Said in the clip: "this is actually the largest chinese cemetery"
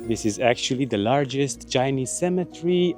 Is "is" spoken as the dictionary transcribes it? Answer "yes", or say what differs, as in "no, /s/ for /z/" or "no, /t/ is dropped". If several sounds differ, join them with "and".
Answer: yes